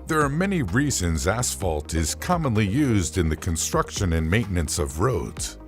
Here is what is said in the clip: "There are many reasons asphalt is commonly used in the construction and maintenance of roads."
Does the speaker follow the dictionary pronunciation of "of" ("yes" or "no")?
yes